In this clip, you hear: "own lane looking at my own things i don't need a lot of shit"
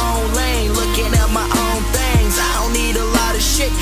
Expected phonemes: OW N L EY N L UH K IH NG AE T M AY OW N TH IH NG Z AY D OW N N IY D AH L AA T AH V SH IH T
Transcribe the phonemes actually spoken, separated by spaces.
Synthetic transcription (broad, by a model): OW N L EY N L UH K IH NG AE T M AY OW N TH IH NG Z AY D OW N N IY D AH L AA T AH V SH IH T